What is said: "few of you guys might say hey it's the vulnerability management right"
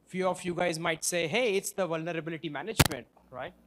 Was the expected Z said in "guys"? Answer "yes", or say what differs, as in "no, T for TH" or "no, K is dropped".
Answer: yes